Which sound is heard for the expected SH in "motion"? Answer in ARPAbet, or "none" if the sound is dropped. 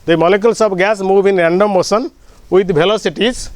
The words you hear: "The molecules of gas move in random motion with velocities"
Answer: S